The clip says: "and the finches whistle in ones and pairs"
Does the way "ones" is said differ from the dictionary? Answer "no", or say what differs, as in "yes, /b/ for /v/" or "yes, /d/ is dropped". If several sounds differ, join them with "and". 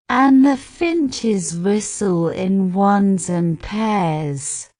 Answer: no